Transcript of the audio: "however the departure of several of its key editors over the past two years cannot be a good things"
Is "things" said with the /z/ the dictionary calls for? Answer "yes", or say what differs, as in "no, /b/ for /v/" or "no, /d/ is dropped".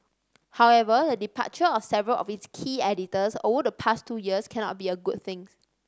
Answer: no, /z/ is dropped